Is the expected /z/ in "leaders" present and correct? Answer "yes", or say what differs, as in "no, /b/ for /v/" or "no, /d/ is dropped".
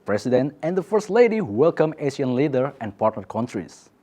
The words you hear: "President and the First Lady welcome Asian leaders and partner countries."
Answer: no, /z/ is dropped